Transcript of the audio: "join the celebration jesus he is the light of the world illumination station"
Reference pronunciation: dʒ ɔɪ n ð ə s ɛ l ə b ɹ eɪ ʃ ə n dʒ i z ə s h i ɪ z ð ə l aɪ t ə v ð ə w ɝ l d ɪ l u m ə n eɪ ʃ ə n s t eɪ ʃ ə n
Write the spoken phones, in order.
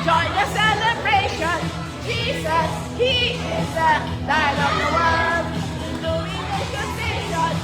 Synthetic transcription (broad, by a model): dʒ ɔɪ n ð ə s ɛ l ə b ɹ eɪ ʃ ə n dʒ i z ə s h i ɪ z ð ə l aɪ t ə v ð ə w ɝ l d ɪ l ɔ ə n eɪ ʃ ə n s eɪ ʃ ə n